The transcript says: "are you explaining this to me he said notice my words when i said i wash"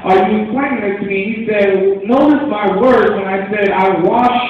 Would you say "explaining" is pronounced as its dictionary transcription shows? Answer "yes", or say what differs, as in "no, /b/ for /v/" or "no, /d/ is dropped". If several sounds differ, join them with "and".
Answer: no, /n/ is dropped